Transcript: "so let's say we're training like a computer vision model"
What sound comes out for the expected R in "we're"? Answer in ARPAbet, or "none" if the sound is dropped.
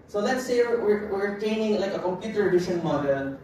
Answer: W